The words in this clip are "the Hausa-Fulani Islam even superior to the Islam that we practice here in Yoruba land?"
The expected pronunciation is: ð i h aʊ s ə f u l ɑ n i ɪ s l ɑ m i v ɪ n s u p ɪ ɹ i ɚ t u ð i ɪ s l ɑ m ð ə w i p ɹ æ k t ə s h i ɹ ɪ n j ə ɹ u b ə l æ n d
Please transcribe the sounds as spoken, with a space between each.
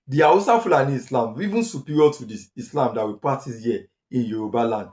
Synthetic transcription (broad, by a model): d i aʊ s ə f u l ɑ n i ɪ s l ɑ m i v ɪ n s u p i ɹ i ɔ t u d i ɪ s l ɑ m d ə w i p ɑ t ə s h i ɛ ɪ n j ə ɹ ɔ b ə l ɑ n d